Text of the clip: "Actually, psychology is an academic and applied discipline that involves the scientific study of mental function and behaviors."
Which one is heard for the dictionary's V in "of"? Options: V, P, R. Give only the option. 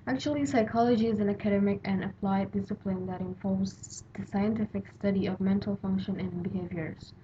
V